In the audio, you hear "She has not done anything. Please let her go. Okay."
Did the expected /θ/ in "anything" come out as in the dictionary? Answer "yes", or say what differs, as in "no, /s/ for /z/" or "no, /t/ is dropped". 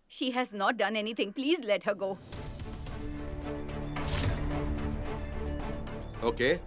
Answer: no, /t/ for /θ/